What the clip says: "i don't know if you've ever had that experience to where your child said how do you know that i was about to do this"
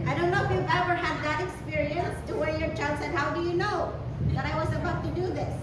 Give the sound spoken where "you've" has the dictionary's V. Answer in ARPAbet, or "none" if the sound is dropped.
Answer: V